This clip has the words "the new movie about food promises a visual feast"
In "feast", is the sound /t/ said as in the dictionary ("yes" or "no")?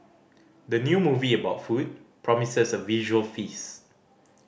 no